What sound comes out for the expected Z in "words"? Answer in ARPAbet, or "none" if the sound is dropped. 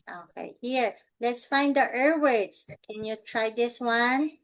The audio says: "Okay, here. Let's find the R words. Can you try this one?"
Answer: S